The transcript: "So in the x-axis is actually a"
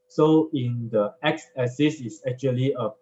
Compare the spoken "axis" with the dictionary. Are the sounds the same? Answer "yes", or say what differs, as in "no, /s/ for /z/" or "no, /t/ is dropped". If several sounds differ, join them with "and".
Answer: no, /k/ is dropped